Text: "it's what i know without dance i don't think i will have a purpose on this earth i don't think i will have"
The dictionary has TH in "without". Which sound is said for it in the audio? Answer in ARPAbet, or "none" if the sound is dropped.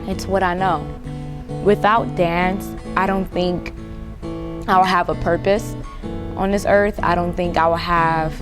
TH